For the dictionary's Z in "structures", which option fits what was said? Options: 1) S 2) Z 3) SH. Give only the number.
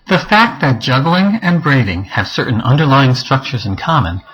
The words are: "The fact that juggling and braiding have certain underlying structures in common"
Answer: 2